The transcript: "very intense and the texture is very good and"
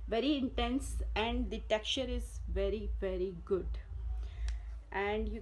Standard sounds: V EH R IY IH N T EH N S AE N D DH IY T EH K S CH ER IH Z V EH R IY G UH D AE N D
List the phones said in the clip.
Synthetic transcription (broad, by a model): V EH R IY IH N T EH N S AE N D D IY T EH K CH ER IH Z V EH R IY G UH D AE N D